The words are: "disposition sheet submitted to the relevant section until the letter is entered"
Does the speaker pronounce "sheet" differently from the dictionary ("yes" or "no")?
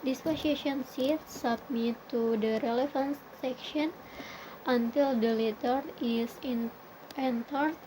yes